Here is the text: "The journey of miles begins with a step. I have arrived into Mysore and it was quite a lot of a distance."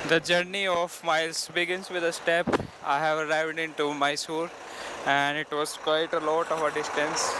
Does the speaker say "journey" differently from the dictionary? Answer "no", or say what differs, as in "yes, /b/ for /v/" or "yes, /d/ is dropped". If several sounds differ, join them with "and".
no